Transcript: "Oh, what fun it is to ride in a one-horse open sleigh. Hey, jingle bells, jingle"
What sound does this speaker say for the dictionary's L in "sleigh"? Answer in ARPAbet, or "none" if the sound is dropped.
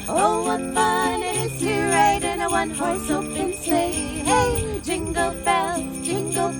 none